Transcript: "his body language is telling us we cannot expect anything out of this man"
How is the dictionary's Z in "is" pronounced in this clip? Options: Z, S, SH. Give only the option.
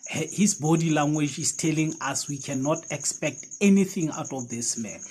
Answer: S